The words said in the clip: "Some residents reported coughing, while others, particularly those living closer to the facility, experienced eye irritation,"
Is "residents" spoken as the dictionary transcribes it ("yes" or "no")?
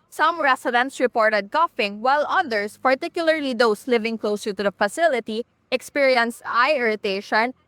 no